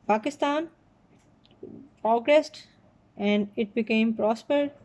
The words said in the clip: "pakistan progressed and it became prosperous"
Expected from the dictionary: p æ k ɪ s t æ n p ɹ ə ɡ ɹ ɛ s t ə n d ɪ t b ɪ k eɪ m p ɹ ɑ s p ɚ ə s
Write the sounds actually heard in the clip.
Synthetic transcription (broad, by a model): p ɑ k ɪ s t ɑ n p ɹ ə ɡ ɹ ɛ s t ə n d ɪ t b ɪ k eɪ m p ɹ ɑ s p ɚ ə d